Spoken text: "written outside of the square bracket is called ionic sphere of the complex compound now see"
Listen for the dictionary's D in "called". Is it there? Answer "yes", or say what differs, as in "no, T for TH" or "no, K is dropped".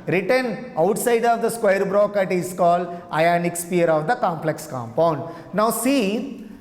yes